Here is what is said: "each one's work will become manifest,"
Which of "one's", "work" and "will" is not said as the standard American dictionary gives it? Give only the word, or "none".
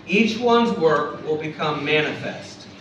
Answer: none